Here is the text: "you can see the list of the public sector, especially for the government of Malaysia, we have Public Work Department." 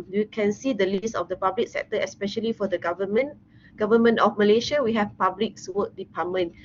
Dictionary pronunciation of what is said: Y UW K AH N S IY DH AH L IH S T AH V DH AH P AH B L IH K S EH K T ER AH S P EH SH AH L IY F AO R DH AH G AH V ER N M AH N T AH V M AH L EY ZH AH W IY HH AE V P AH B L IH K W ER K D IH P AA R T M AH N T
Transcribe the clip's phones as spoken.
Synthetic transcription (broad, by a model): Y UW K AH N S IY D AH L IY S AH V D AH P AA B L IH K S EH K T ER AH S P EH SH AH L IY F AO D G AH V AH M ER N M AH N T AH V M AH L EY SH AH W IY HH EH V P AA B L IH K W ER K D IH P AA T M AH N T